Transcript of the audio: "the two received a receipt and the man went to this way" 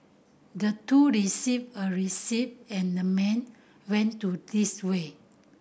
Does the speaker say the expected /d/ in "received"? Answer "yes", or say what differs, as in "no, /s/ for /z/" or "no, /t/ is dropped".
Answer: no, /d/ is dropped